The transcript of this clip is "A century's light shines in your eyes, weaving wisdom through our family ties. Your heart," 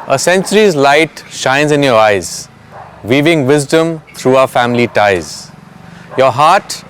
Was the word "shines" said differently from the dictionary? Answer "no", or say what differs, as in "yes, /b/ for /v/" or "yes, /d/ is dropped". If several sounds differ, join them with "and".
no